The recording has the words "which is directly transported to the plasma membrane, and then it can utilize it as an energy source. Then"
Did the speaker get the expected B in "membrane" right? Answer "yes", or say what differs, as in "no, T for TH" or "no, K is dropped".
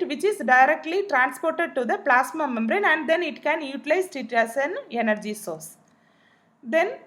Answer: yes